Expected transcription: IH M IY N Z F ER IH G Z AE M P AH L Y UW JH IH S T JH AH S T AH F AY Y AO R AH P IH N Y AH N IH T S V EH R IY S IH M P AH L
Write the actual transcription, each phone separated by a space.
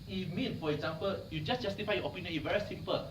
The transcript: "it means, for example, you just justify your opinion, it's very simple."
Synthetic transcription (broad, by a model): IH M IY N F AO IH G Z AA M P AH L Y UW JH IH S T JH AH S T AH F AY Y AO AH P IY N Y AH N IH V EH R IY S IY M P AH L